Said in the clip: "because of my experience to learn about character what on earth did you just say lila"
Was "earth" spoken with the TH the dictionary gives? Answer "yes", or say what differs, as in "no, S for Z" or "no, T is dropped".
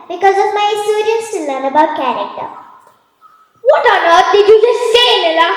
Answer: no, T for TH